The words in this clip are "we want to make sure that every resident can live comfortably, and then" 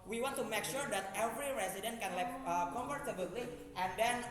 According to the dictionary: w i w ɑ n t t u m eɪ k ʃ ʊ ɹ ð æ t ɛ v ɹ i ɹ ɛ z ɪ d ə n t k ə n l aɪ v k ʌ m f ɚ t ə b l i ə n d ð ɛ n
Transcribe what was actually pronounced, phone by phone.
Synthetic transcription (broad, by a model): w i w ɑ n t t u m eɪ k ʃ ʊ ɹ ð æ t ɛ v ɹ i ɹ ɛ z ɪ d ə n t k ə n l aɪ p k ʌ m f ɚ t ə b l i ə n d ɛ n